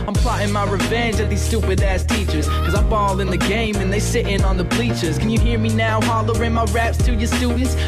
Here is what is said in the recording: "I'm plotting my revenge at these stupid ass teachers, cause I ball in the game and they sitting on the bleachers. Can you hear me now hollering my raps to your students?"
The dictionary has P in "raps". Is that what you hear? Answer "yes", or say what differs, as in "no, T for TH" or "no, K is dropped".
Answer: yes